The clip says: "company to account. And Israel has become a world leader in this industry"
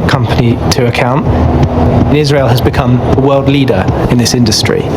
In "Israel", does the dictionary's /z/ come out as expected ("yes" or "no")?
yes